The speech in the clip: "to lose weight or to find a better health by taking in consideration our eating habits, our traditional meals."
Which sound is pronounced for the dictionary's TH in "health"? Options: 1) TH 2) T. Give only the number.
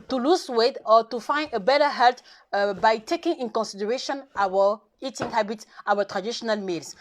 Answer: 2